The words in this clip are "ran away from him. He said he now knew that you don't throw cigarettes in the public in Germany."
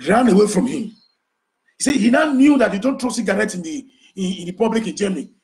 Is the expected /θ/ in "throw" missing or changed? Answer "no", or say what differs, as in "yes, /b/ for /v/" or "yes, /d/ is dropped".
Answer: yes, /t/ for /θ/